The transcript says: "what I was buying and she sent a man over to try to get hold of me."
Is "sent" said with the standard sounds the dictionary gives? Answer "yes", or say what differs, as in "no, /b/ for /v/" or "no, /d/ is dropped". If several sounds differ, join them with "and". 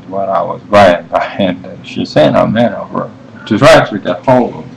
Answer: no, /t/ is dropped